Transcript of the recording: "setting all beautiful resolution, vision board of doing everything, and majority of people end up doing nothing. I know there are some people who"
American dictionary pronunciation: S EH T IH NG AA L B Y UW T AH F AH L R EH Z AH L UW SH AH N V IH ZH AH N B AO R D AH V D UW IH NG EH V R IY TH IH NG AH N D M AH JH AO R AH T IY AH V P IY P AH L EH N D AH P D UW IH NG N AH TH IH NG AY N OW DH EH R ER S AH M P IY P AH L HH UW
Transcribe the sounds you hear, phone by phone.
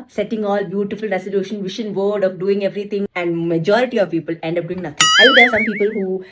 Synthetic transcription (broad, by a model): S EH T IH NG AA L B Y UW T AH F AH L R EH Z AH L UW SH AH N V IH SH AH N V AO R D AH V D UW IH NG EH V R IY T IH NG AH N D M AH JH AO R AH T IY AH V P IY P AH L EH N D AH P D UW IH NG N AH T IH NG AY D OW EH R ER S AH M P IY P AH L HH UW